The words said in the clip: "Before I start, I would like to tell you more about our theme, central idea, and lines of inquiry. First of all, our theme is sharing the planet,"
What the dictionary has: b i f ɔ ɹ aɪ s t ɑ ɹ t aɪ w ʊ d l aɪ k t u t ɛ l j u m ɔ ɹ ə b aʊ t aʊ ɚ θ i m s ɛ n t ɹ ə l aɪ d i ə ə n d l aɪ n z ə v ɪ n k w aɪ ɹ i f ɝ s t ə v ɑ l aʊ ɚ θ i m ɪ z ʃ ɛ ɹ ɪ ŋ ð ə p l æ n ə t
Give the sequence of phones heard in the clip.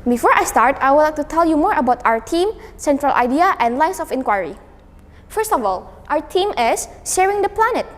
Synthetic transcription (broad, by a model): b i f ɔ ɹ aɪ s t ɑ ɹ t aɪ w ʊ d l aɪ k t u t ɛ l j u m ɔ ɹ ə b aʊ t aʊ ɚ t i m s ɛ n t ɹ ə l aɪ d i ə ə n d l aɪ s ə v ɪ n k w aɪ ɹ i f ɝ s t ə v ɑ l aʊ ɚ t i m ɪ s ʃ ɛ ɹ ɪ ŋ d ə p l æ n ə t